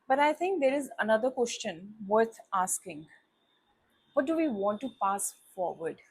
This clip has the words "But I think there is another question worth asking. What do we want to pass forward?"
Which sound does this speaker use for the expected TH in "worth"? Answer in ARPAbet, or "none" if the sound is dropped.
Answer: T